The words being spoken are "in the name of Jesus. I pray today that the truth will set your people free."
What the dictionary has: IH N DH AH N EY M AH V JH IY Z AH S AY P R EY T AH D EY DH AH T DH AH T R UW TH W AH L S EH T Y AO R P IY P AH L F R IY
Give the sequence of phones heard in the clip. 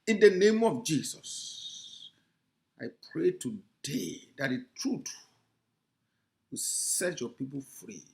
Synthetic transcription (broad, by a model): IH N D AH N EY M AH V JH IY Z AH S AY P R EY T AH D EY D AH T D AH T R UW T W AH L S EH T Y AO P IY P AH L F R IY